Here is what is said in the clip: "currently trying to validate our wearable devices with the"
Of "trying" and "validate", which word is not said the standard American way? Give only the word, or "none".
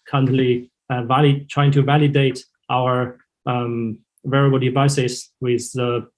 none